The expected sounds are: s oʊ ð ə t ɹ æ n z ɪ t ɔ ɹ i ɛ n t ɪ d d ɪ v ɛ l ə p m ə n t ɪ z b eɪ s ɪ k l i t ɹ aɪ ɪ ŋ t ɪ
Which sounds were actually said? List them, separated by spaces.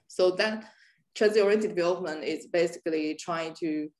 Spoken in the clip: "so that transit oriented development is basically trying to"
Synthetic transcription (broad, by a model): s oʊ ð ə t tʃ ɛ z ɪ ɔ ɹ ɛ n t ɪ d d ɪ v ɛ l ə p m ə n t ɪ z b eɪ s ɪ k l i t ɹ aɪ ɪ ŋ t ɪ